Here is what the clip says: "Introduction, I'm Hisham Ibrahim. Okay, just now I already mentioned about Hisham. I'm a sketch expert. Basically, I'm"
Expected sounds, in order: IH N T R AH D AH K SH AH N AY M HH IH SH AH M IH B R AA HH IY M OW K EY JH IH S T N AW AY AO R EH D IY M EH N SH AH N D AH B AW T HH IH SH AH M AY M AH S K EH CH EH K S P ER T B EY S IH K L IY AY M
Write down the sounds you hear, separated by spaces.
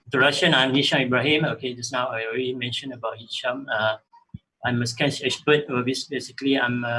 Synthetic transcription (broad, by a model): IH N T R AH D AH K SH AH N AY M HH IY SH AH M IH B R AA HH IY M OW K EY JH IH S N AW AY AO R EH D IY M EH N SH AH N AH B AW T HH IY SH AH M AY M AH S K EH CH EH S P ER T B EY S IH K L IY AY M